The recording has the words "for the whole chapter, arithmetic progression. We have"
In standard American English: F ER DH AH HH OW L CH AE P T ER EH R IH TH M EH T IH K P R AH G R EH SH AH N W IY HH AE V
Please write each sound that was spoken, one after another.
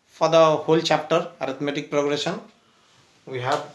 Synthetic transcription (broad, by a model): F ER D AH HH OW L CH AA P T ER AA R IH T M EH T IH K P R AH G R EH S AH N W IY HH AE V